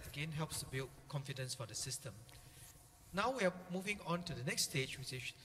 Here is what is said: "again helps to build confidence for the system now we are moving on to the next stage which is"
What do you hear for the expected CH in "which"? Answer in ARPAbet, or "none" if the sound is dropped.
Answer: S